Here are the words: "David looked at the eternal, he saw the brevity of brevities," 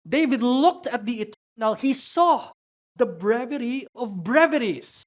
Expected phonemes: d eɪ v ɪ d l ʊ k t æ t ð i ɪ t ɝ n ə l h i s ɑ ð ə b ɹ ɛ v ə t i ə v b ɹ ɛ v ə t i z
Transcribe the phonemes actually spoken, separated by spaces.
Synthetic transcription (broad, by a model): d eɪ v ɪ d l ʊ k t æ t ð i ɪ t ɝ n ə l h i s ɑ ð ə b ɹ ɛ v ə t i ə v b ɹ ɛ v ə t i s